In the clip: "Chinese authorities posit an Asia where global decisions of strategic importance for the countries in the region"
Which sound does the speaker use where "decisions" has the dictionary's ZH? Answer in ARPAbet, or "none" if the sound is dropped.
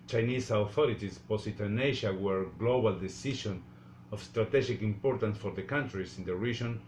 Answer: SH